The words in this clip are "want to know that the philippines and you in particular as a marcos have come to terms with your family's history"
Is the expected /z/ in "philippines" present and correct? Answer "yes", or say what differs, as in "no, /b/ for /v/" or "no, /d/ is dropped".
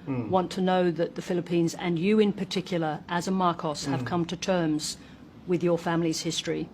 yes